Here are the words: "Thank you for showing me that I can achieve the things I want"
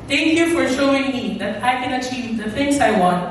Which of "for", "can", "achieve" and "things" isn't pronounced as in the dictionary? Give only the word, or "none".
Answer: things